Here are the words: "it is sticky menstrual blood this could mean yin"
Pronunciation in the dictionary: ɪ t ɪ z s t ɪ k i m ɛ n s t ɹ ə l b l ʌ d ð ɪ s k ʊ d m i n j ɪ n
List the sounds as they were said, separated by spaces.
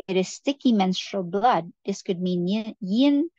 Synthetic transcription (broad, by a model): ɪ t ɪ z s t ɪ k i m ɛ n s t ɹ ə l b l ʌ d ð ɪ s k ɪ d m i n j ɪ n